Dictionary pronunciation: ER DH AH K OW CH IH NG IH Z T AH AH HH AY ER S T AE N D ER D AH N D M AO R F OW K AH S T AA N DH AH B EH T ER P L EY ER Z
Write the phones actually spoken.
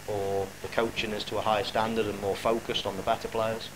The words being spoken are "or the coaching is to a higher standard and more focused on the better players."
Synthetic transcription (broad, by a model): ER DH AH K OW CH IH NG IH Z T AH AH HH AY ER S T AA N D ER D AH N M AO F OW K AH S T N DH AH B EH T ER P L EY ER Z